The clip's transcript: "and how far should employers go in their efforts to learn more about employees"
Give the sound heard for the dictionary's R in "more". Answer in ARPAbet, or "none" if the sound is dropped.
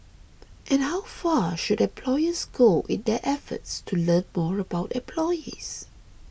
R